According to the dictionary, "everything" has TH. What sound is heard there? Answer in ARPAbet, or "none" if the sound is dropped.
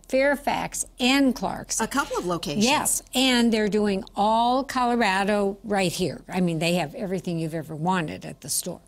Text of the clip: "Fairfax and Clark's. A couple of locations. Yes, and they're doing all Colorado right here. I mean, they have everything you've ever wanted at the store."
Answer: TH